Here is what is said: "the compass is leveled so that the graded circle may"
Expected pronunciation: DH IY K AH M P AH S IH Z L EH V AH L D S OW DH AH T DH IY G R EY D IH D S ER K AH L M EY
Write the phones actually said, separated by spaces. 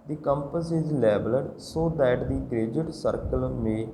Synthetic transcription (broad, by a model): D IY K AH M P AH S IH Z L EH B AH L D S OW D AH T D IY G R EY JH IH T S ER K AH L M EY